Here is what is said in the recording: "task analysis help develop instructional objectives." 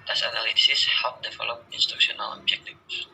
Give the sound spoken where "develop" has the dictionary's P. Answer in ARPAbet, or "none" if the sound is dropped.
none